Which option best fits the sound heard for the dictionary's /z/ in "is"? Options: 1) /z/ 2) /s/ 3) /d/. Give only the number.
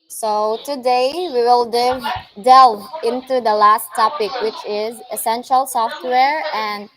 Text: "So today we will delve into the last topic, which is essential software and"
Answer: 1